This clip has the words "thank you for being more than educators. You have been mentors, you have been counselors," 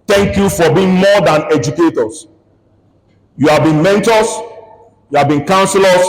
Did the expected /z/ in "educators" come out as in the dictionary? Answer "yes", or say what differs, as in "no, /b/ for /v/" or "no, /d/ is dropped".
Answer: no, /s/ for /z/